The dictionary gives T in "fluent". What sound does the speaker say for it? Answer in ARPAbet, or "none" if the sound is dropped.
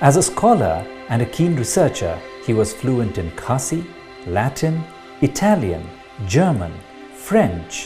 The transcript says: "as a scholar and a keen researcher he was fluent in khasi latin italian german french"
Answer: T